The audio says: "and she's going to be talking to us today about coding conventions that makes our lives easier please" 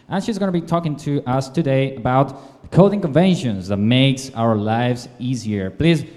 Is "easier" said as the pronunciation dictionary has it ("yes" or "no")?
yes